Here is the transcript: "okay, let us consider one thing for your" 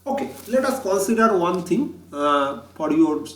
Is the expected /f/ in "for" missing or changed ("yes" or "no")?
yes